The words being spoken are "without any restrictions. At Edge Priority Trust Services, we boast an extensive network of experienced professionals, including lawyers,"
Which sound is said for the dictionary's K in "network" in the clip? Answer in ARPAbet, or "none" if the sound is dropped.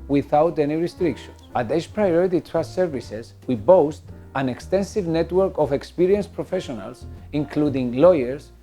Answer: K